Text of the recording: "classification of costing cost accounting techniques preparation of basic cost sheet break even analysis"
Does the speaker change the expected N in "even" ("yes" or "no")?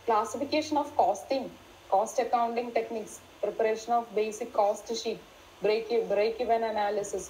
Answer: no